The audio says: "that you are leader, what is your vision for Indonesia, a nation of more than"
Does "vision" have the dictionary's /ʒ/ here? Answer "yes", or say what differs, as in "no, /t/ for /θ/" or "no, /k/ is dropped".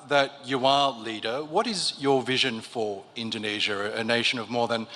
yes